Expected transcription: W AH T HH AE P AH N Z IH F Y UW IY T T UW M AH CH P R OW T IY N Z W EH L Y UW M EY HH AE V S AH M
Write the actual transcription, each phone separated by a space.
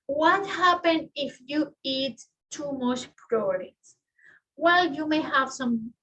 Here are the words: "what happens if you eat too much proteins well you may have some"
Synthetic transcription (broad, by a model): W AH T HH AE P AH N IH F Y UW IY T T UW M AH CH P R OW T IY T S W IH L Y UW M EY HH AE V S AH M